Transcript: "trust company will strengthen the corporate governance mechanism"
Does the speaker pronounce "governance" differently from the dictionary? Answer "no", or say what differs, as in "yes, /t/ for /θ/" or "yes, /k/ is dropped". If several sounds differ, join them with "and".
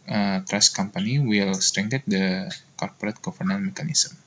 yes, /s/ is dropped